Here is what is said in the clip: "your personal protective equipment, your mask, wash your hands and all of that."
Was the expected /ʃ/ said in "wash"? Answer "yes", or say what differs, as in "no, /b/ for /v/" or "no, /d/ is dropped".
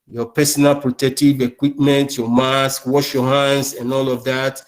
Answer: yes